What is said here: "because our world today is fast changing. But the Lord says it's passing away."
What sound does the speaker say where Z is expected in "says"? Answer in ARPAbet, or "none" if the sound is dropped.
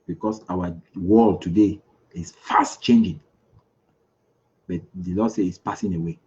none